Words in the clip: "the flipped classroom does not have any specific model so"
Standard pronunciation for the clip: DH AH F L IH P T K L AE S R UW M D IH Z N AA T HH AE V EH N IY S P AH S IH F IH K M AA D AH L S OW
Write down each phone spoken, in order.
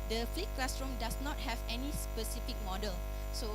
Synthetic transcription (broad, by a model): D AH F L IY T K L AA S R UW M D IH S N AA T HH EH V EH N IY S P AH S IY F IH K M AA D AH L S OW